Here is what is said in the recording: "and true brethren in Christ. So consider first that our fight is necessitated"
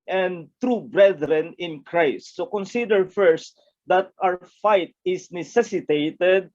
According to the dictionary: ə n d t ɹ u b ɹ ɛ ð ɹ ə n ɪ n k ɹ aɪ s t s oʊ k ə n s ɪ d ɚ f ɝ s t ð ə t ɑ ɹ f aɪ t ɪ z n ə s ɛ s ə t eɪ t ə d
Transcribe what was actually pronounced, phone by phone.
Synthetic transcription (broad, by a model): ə n d t ɹ u b ɹ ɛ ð ɹ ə n ɪ n k ɹ aɪ s t s oʊ k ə n s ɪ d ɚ f ɝ s t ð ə t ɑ w f aɪ t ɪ s n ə s ɛ s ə t eɪ t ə d